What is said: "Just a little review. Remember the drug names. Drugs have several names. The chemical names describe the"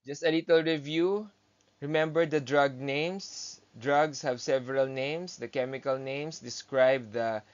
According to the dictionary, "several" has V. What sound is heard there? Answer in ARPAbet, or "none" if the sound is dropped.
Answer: V